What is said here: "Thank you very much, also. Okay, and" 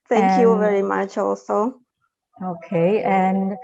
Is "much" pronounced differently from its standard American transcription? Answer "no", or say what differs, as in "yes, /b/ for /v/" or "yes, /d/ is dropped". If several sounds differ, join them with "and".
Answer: no